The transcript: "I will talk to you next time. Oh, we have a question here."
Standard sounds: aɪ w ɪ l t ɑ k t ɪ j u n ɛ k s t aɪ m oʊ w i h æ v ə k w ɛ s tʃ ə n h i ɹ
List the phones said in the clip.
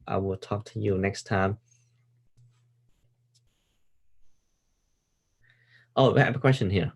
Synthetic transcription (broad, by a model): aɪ w ɪ l t ɑ k t ɪ j u n ɛ k s t aɪ m oʊ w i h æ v ə k w ɛ s tʃ ə n h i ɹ